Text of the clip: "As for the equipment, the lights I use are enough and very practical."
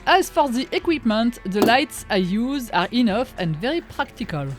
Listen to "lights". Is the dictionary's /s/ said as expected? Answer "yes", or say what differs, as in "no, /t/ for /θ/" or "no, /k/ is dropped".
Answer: yes